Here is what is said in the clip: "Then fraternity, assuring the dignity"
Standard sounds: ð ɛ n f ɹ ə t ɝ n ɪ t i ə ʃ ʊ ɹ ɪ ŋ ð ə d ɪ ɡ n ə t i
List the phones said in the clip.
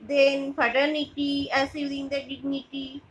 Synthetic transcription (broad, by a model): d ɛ n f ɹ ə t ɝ n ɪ t i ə s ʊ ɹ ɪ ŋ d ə d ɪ ɡ n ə t i